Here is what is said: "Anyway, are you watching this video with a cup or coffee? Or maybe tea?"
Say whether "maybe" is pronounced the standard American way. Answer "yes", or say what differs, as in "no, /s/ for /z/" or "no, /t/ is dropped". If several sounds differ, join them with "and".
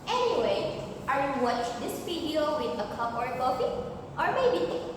no, /b/ is dropped